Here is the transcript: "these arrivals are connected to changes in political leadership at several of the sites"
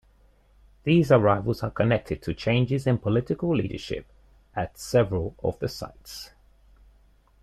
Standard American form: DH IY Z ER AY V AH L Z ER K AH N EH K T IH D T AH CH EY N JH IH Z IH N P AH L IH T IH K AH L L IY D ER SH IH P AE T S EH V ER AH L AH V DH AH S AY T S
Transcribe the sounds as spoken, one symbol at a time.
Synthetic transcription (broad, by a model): DH IY Z ER AY V AH L Z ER K AH N EH K T IH D T AH CH EY N JH IH Z IH N P AH L IH T IH K AH L L IY D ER SH IH P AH T S EH V ER AH L AH V DH AH S AY T S